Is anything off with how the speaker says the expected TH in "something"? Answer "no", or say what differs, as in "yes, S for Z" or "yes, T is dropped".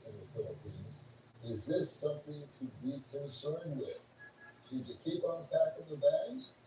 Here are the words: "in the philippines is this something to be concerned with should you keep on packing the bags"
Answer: no